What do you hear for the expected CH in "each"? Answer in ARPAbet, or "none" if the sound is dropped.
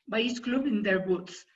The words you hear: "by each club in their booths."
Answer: S